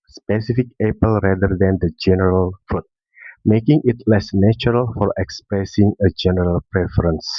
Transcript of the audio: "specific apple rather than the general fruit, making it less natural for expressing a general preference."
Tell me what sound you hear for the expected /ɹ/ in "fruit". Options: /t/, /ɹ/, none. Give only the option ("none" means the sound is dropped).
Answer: none